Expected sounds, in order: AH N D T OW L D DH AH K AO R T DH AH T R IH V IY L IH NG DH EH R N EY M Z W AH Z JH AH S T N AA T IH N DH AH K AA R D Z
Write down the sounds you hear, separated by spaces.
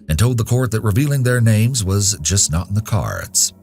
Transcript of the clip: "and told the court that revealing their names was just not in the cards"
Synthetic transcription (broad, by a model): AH N T OW L D DH AH K AO R T DH AH T R IH V IY L IH NG DH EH R N EY M Z W AH Z JH AH S T N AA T N DH AH K AA R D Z